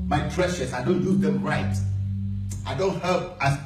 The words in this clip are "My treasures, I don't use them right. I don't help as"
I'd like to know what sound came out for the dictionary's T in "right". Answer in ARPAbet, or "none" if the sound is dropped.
T